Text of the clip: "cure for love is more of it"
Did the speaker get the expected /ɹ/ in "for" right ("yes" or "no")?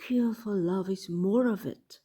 no